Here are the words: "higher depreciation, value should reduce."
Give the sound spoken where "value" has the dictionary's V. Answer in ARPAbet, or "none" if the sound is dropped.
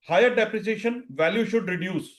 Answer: V